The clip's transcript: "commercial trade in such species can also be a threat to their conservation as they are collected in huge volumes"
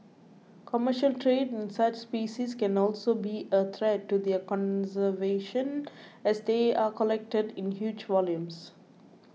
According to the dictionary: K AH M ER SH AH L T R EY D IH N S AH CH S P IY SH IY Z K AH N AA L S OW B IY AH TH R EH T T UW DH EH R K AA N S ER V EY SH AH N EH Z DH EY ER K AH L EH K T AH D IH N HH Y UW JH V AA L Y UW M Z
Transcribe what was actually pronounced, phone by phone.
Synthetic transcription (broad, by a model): K AH M ER SH AH L T R EY D IH N S AH CH S P IY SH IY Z K AH N AA L S OW B IY AH T R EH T T UW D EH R K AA N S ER V EY SH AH N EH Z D EY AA K AH L EH K T AH D IH N HH Y UW JH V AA L Y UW M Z